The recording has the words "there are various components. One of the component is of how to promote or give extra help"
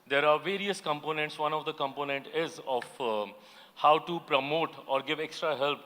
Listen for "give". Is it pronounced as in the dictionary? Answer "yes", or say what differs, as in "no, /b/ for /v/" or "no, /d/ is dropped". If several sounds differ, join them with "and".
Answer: yes